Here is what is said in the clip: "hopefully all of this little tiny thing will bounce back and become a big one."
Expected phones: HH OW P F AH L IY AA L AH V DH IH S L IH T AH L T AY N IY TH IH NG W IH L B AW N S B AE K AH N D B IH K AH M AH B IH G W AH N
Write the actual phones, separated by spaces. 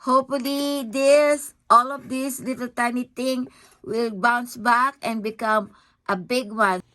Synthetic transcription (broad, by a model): HH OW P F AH L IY AA L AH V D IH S L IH T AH L T AY N IY T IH NG W IH L B AW N S B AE K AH N B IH K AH M AH B IH G W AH N